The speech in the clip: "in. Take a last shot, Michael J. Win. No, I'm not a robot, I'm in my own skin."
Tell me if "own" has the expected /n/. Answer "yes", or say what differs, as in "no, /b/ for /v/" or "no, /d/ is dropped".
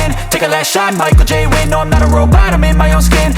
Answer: yes